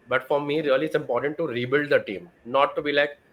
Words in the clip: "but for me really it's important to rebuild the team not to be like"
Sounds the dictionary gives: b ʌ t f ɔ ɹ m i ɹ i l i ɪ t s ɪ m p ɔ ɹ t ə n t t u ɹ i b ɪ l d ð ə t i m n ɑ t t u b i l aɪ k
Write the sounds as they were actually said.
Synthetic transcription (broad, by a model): b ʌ t f ɔ ɹ m i ɹ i l i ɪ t s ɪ m p ɔ ɹ t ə n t t u ɹ i b ɪ l d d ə t i m n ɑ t t u b i l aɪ k